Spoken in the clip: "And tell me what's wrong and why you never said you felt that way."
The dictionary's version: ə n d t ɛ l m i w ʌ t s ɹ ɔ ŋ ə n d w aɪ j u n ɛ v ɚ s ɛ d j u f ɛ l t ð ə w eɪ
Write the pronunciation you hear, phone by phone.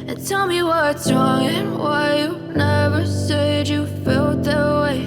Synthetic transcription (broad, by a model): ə n t ɛ l m i w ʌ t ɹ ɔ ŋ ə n w aɪ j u n ɛ v ɚ s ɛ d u f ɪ l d ð ə w eɪ